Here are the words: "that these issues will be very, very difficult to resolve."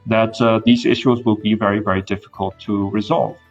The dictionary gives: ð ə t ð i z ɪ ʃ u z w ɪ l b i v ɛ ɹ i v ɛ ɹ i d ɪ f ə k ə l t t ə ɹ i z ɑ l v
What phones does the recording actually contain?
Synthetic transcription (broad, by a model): ð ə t ð i z ɪ ʃ u z w ɪ l b i v ɛ ɹ i v ɛ ɹ i d ɪ f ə k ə l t t ə ɹ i z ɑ l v